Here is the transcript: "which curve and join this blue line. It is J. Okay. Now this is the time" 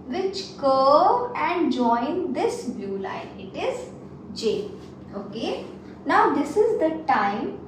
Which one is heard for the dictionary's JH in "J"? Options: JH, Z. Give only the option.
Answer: JH